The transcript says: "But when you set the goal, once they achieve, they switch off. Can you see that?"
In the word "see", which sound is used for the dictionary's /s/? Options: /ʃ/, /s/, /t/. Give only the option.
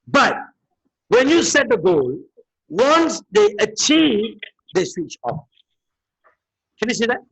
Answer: /s/